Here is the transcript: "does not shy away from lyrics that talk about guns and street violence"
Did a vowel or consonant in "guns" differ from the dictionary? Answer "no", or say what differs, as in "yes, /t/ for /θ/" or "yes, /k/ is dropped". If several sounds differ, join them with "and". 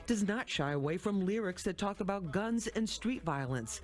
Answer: no